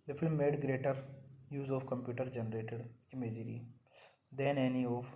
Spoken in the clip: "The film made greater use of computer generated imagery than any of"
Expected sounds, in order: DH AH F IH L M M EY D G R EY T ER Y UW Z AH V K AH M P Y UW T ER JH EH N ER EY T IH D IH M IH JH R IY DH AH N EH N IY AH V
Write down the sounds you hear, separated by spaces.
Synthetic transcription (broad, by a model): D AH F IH L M M EY D G R EY T ER Y UW Z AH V K AH M P Y UW T ER JH EH N ER EY T IH D IH M IH JH R IY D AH N EH N IY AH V